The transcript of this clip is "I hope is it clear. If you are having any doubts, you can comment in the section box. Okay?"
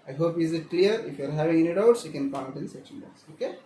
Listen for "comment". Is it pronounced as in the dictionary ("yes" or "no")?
no